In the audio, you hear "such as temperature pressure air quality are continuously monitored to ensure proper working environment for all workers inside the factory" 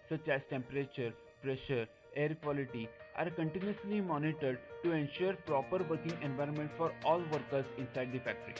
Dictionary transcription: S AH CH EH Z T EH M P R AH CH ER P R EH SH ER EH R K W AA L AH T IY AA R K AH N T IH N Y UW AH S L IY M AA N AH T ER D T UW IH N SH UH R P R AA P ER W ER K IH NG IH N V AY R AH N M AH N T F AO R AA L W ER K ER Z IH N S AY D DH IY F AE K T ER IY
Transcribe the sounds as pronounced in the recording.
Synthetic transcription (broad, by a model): S AH CH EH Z T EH M P R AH CH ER P R EH SH ER EH R K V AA L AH T IY AA R K AH N T IH N Y UW AH S L IY M AA N AH T ER D T UW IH N SH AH R P R AA P ER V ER K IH NG IH N V AY R AH N M AH N T F AO R AA L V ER K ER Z IH N S AY D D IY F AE K T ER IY